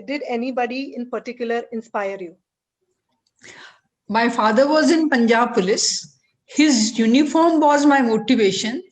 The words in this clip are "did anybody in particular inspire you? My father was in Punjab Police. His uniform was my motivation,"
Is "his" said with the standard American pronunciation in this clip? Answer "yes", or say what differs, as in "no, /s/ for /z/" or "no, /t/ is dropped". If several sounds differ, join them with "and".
yes